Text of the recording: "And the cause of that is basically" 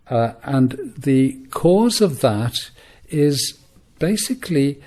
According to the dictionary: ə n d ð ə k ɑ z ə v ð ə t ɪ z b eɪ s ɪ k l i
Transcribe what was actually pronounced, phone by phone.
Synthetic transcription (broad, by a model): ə n ð ə k ɑ z ə v ð ə t ɪ z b eɪ s ɪ k l i